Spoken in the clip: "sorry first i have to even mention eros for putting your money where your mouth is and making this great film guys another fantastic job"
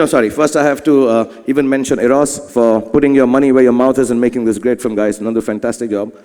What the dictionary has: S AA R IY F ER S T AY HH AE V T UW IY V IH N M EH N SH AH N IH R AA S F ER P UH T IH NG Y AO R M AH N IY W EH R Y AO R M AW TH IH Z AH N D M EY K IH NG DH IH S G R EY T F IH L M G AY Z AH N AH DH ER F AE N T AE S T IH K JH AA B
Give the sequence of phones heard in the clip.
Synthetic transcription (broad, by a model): S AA R IY F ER S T AY HH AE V T UW IY V IH N M EH N SH AH N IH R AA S F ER P UH T IH NG Y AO M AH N IY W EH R Y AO M AW T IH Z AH N M EY K IH NG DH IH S G R EY T F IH M G AY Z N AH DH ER F AE N T AE S T IH K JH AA B